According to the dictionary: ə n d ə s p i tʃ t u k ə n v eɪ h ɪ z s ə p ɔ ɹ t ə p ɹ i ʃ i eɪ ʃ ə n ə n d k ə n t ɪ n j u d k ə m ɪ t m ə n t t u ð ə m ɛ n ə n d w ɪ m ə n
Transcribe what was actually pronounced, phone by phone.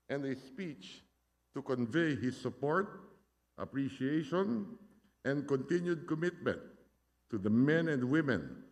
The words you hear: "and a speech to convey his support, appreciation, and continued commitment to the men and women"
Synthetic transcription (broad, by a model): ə n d ə s p i tʃ t u k ə n v eɪ h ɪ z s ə p ɔ ɹ t ə p ɹ i ʃ i eɪ ʃ ə n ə n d k ə n t ɪ n j u d k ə m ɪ t m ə n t t u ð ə m ɛ n ə n d w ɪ m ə n